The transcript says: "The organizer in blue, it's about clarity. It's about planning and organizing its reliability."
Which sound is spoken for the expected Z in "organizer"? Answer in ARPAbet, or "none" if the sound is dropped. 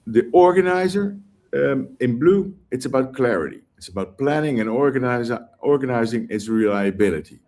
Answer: Z